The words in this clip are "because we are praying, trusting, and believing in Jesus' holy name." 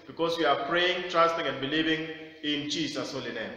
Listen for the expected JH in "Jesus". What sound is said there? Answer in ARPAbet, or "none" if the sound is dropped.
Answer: CH